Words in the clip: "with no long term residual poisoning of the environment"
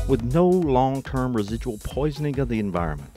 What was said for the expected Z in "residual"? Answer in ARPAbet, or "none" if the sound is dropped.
Z